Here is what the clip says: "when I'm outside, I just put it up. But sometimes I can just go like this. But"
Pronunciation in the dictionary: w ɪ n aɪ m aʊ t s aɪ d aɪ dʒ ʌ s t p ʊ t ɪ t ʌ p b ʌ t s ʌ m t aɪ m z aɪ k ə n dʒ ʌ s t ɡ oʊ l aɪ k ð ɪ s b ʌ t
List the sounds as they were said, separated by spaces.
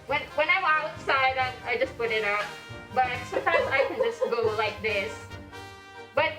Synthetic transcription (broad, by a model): w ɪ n aɪ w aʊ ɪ s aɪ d aɪ dʒ ʌ s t p ʊ t ɪ t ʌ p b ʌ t s ʌ m t aɪ m z aɪ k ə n dʒ ʌ s t ɡ oʊ l aɪ k ð ɪ s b ʌ t